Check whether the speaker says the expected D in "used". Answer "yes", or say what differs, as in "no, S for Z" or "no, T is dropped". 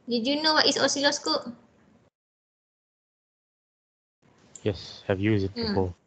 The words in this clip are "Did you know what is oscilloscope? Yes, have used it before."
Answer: no, D is dropped